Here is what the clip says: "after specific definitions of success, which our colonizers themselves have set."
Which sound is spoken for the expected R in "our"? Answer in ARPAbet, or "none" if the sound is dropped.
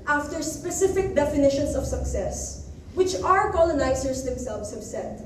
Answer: R